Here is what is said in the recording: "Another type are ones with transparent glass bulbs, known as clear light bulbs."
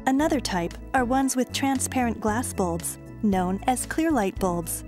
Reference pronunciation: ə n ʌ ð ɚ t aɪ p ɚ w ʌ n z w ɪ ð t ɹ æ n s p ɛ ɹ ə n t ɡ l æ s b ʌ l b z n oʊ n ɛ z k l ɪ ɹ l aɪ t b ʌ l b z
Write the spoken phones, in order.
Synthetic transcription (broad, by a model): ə n ʌ ð ɚ t aɪ p ɚ w ʌ n z w ɪ ð t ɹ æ n s p ɛ ɹ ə n ɡ l æ s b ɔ l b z n oʊ n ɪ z k l ɪ ɹ l aɪ t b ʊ l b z